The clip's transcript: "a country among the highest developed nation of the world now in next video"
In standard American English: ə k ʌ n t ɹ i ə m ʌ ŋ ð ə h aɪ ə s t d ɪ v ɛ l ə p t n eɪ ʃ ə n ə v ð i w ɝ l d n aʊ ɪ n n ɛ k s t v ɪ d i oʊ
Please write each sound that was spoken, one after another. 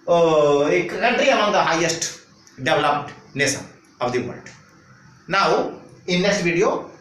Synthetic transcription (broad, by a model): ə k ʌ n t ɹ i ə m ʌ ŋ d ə h aɪ ə s t d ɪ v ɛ l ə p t n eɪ s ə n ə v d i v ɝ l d n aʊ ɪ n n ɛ s t v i d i oʊ